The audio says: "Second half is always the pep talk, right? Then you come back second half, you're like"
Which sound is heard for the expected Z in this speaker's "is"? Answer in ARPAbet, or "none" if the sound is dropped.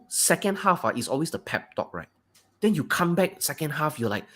S